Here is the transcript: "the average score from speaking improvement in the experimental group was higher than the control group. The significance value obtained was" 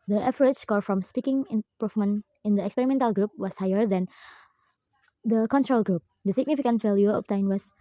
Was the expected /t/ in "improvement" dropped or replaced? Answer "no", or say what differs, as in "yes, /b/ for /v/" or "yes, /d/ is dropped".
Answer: yes, /t/ is dropped